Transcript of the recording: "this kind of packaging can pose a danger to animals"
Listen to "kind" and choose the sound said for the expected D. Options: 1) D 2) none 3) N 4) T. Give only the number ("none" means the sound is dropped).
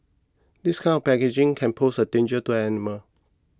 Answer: 2